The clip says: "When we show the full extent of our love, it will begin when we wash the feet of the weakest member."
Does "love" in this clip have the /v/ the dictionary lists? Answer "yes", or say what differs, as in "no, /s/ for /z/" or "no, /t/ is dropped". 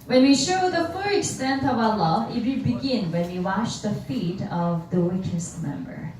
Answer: no, /v/ is dropped